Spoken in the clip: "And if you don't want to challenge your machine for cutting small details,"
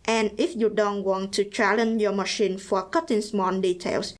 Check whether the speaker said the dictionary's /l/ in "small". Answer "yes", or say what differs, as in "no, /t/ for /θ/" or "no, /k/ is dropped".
no, /n/ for /l/